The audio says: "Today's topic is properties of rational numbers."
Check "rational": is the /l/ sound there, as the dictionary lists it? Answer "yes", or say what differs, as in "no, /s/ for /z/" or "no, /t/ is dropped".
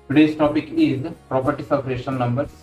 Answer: no, /n/ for /l/